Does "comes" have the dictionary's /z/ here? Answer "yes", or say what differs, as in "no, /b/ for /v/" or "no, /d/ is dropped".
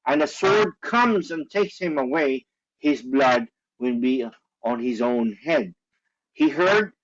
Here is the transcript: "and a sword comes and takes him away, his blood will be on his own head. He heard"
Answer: yes